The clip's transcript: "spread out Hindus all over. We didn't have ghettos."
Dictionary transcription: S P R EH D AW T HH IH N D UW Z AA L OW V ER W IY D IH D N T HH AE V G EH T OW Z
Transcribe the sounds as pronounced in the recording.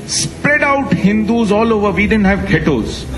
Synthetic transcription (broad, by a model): S P R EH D AW T HH IH N D UW Z AA L OW V ER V IY D IH D N T HH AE V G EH T OW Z